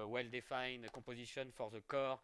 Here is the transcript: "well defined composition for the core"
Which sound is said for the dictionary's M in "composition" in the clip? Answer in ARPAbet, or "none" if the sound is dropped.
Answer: none